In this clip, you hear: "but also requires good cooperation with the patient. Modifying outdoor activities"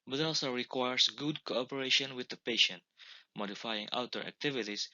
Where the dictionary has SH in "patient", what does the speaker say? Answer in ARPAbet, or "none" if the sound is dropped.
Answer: SH